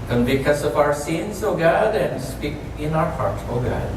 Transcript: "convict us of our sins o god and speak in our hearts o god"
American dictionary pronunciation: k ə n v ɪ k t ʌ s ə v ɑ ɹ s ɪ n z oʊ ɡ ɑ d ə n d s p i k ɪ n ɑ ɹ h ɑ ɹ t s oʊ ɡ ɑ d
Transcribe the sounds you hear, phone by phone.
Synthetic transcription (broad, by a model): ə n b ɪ k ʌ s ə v ɑ ɹ s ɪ n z oʊ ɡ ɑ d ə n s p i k ɪ n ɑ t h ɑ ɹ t oʊ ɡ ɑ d